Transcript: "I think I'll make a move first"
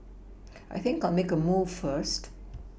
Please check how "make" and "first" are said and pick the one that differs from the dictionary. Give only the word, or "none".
none